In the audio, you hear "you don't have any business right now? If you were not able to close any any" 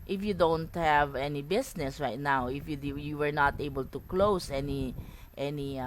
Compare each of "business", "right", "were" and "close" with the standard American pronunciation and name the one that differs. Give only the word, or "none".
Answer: business